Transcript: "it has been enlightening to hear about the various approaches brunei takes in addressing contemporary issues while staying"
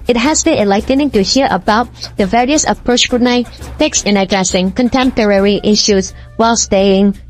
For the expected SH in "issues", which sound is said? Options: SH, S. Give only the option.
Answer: SH